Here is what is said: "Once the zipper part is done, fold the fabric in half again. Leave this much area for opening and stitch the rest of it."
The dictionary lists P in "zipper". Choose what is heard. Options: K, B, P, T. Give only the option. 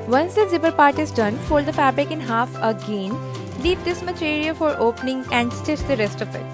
B